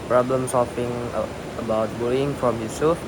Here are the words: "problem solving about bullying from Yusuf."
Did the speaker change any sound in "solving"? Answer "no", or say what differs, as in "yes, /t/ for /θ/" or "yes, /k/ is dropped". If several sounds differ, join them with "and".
yes, /f/ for /v/